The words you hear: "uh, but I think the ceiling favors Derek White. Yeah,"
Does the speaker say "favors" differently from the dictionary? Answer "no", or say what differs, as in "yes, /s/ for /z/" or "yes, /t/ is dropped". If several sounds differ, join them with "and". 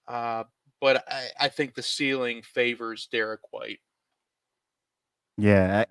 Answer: no